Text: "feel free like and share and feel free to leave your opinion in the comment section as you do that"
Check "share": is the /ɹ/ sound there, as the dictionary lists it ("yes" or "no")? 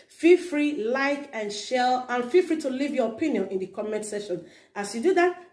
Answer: no